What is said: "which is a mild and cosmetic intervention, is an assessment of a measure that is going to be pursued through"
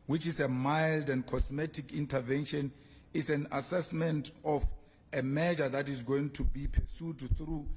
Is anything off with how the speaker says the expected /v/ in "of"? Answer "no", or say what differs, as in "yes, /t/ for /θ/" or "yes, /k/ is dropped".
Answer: yes, /f/ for /v/